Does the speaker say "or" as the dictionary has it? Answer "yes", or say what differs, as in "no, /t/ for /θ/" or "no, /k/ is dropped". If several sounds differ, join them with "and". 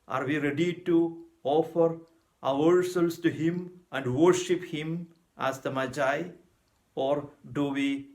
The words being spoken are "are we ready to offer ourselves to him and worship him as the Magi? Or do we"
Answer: yes